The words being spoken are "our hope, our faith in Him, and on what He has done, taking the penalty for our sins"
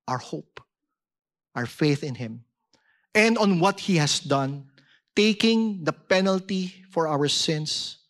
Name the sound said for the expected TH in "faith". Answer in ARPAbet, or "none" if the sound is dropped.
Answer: TH